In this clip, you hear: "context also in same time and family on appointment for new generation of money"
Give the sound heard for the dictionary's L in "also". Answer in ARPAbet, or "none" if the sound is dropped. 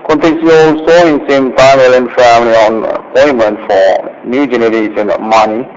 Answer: L